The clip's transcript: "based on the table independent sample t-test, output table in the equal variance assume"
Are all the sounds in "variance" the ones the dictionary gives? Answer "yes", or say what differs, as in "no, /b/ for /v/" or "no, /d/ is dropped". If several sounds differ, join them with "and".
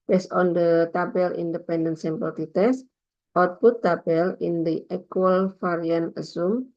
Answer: no, /f/ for /v/ and /s/ is dropped